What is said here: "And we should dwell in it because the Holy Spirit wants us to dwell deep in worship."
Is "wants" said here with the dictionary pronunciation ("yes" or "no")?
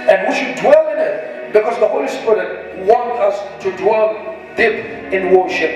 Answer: no